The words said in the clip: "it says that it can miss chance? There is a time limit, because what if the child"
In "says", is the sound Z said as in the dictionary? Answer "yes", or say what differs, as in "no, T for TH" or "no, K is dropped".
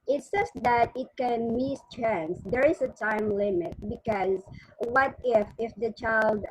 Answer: no, S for Z